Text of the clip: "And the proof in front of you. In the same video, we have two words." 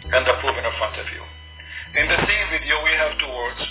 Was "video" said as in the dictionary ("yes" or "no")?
yes